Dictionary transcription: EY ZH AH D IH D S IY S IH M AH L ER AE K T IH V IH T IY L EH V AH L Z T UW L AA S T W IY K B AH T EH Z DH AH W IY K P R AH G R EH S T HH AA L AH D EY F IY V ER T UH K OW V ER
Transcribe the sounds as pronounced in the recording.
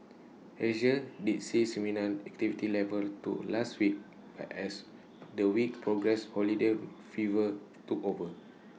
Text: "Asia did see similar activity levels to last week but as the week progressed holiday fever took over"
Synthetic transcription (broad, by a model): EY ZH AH D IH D S IY S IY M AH N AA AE K T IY V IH T IY L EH V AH L T UW L AA S T W IY K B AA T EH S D AH W IY K P R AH G R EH S HH AA L AH D EY F IY V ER T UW K OW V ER